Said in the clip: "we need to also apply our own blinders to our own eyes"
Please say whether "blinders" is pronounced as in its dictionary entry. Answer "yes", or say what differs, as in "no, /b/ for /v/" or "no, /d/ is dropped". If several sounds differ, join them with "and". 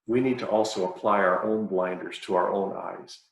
yes